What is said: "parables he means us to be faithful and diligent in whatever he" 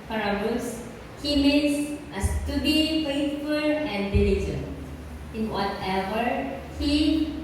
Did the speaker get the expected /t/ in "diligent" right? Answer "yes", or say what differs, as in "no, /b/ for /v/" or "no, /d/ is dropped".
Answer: no, /t/ is dropped